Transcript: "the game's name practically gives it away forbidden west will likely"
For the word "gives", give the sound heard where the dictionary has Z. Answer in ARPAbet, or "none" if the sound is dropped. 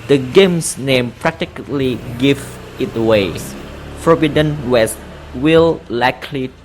none